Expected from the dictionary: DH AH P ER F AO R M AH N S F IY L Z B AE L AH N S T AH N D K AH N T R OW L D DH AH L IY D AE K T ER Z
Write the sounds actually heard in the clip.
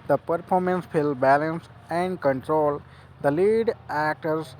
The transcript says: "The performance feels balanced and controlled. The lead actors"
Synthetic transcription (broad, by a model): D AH P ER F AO R M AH N S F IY L B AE L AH N S AH N D K AH N T R OW L D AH L IY D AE K T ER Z